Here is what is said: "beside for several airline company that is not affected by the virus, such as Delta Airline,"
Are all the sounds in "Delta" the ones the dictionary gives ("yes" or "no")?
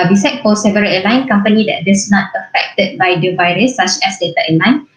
no